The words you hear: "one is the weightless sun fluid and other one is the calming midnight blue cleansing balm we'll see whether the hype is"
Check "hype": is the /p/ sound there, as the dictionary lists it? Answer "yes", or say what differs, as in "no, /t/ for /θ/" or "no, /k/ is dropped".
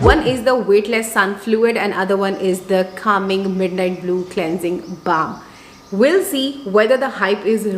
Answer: yes